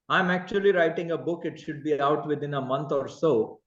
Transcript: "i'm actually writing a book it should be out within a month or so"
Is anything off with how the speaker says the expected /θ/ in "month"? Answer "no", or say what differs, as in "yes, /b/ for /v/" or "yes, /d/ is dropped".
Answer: yes, /t/ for /θ/